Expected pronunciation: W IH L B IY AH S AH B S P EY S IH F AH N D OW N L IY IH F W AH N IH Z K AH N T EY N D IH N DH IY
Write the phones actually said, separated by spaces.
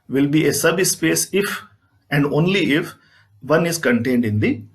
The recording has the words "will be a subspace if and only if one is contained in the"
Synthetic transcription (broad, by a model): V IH L B IY AH S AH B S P EY S IH F AH N D OW N L IY IH F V AH N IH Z K AH N T EY N D IH N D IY